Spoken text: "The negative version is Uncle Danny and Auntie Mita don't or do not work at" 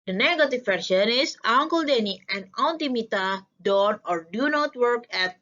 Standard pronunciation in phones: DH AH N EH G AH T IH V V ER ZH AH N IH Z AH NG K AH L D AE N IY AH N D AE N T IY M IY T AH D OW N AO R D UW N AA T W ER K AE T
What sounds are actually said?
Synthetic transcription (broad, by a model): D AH N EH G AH T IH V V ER SH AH N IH S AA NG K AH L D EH N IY AH N D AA N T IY M IY T AH D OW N AO R D UW N AA T W ER K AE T